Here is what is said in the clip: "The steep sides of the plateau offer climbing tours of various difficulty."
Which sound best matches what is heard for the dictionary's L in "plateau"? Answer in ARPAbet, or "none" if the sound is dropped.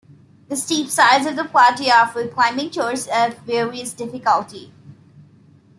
none